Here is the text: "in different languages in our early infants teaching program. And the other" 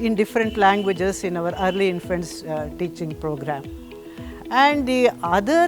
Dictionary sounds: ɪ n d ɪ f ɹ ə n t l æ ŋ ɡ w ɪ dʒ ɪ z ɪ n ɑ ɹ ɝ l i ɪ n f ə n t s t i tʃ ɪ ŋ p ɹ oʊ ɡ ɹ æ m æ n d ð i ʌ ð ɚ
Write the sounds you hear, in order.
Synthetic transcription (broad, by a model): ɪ n d ɪ f ɹ ə n t l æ ŋ ɡ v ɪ dʒ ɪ s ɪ n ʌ ɹ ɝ l i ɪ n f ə n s t i tʃ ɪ ŋ p ɹ oʊ ɡ ɹ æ m æ n d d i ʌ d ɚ